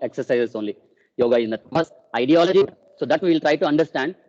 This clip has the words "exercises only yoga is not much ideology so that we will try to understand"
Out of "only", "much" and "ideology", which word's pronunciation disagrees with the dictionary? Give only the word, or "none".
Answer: much